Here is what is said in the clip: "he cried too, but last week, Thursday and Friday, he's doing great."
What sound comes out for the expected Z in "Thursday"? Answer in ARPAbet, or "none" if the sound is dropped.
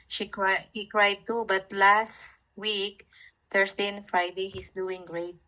S